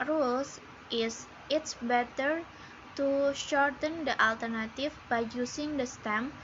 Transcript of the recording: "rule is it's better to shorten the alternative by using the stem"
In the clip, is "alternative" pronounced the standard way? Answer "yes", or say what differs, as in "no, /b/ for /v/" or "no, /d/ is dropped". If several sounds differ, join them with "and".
no, /f/ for /v/